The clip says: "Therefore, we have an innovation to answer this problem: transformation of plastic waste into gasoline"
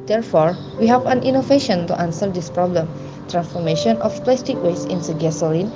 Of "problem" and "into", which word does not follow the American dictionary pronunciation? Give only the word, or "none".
into